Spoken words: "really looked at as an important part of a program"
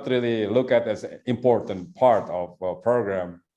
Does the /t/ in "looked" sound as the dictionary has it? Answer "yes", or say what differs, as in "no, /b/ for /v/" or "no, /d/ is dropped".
no, /t/ is dropped